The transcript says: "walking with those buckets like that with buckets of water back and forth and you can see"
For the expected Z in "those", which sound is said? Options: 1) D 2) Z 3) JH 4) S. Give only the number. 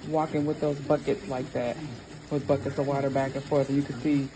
2